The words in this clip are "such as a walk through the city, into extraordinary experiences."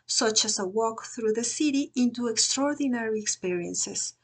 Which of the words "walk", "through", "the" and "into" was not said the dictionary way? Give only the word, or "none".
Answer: none